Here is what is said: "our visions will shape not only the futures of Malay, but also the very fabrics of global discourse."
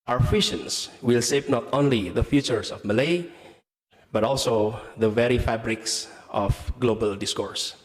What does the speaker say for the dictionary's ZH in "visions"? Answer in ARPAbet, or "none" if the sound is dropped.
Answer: SH